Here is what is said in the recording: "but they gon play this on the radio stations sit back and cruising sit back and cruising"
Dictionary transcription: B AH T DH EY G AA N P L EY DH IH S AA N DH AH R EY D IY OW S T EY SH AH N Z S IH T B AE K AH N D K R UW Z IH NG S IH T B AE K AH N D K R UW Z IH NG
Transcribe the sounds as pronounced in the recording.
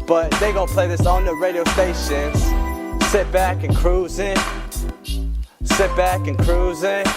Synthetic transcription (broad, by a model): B AH T DH EY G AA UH P L EY DH IH S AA N DH AH R EY D IY OW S EY S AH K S S IH T B AE K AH N K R UW Z IH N S IH T B AE K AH N K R UW Z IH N